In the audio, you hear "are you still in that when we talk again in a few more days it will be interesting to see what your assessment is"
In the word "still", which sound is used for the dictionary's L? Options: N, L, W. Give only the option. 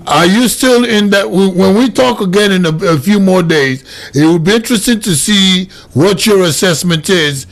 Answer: L